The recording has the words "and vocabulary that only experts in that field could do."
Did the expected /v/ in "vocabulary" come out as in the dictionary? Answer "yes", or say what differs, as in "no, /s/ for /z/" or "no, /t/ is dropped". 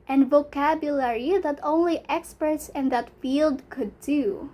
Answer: yes